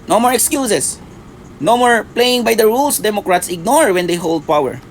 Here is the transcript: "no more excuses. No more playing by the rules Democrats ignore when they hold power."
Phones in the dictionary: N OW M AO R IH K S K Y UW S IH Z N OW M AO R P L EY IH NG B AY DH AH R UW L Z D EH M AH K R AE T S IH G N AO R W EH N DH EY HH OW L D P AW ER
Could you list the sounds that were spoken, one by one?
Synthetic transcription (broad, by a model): N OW M AO R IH K S K Y UW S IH S N OW M AO R P L EY IH NG B AY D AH R UW L S D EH M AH K R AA T S IH G N AO R W EH N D EY HH OW L D P AW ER